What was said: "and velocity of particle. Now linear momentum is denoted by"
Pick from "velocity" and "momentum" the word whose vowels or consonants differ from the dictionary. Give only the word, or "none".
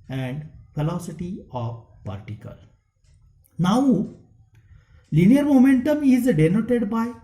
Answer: velocity